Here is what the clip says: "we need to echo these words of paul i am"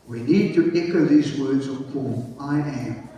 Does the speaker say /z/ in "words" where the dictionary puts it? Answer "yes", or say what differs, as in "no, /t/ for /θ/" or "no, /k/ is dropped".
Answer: yes